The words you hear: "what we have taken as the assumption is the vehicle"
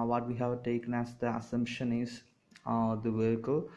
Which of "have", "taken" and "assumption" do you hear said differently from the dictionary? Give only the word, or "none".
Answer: none